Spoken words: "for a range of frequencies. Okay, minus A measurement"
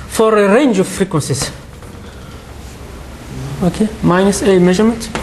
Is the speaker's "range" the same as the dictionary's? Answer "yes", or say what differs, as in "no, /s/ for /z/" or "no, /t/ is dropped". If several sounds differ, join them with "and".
yes